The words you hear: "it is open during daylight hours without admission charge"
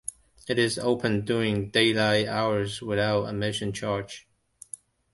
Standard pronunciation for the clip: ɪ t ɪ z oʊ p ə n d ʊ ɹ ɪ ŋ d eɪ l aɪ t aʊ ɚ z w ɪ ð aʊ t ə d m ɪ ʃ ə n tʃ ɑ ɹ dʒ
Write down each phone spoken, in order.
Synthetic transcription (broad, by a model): ɪ t ɪ z oʊ p ə n d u ɪ ŋ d eɪ l aɪ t aʊ ɚ z w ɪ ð aʊ t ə m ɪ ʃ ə n tʃ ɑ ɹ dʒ